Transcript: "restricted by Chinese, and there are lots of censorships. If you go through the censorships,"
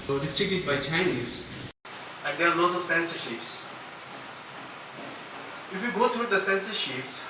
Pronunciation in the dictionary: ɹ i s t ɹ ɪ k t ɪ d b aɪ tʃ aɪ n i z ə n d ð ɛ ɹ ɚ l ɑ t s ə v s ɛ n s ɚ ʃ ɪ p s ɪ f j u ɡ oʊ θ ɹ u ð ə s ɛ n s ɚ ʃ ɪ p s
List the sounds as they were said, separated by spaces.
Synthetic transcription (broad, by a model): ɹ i s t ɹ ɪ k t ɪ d b aɪ tʃ aɪ n i z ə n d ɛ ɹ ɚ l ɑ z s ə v s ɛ n s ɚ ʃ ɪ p s ɪ f j u ɡ oʊ t ɹ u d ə s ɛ n s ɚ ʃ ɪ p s